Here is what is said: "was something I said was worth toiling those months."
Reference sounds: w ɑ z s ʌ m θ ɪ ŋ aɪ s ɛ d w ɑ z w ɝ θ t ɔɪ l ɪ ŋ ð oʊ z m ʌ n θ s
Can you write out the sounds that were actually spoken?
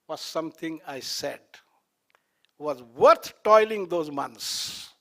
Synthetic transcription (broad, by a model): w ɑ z s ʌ m t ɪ ŋ aɪ s ɛ d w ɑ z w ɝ t t ɔɪ l ɪ ŋ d oʊ z m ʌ n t s